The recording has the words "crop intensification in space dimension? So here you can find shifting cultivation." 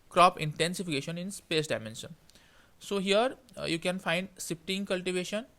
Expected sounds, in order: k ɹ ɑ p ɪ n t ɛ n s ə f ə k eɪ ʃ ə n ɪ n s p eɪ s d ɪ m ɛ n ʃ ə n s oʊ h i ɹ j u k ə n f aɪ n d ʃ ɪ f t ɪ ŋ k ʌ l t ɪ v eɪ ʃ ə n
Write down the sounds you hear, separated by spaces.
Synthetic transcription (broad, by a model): k ɹ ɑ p ɪ n t ɛ n s ə f ə k eɪ ʃ ə n ɪ n s p eɪ s d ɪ m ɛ n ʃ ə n s oʊ h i ɹ j u k ə n f aɪ n d s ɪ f t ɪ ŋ k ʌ l t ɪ v eɪ ʃ ə n